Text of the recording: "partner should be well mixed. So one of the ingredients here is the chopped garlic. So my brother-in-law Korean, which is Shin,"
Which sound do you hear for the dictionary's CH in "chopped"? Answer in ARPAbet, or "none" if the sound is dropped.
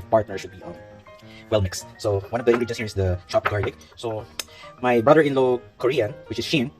SH